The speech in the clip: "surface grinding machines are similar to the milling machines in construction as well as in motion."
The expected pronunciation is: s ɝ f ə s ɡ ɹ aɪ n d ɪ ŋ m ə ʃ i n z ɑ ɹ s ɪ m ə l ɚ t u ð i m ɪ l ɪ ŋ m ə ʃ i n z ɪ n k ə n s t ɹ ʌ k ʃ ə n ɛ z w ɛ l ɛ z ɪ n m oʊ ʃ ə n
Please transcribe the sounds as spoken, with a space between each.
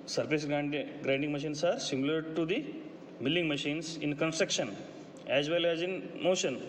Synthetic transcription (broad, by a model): s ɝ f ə s ɡ ɹ aɪ n d ɪ ŋ m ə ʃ i n s ɑ ɹ s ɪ m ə l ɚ t u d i m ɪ l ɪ ŋ m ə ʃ i n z ɪ n k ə n s t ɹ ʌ k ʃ ə n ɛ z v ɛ l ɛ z ɪ n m oʊ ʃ ə n